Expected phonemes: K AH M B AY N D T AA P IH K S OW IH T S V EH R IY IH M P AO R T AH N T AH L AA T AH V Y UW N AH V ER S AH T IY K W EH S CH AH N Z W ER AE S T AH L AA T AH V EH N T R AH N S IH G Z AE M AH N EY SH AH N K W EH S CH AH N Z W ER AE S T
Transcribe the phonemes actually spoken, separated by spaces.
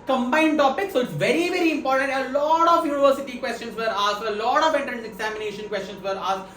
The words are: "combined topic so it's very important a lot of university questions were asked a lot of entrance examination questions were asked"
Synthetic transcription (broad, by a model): K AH M B AY N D T AA P IH K S OW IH T S V EH R IY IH M P AO R T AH N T AH L AA T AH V Y UW N AH V ER S AH T IY K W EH S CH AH N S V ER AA S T AH L AA T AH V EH T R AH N IH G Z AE M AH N EY SH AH N K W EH S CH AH N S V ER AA S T